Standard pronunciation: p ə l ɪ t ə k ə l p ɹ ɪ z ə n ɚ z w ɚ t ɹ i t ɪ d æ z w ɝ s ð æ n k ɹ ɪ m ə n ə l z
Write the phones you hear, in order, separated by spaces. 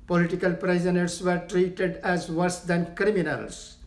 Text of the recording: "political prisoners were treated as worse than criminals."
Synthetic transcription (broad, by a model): p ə l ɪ t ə k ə l p ɹ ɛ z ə n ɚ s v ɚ t ɹ i t ɪ d æ z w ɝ s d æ n k ɹ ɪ m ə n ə l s